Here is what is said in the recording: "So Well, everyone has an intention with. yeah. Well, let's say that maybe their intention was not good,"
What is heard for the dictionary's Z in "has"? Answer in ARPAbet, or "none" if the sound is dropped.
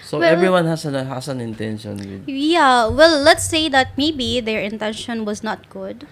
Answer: S